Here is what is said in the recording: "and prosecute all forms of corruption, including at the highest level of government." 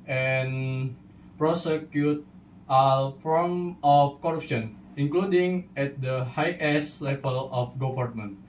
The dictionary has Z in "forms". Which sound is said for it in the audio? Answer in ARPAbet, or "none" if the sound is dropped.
none